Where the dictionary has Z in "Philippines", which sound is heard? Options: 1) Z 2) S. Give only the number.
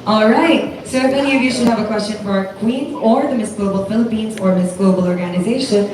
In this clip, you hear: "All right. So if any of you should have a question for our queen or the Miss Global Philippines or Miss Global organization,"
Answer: 1